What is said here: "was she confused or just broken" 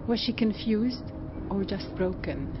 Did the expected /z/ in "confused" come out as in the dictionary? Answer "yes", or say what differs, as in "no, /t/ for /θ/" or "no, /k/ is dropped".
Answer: yes